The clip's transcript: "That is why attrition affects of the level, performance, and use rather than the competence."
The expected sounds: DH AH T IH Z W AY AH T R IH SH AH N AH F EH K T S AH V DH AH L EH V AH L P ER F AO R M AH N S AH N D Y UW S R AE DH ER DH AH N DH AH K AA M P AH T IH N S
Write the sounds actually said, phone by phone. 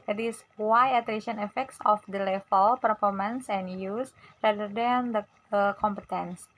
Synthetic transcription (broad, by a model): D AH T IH S W AY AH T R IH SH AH N AH F EH K T S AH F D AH L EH F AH L P ER F AO R M AH N S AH N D Y UW S R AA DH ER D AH N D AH K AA M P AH T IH N S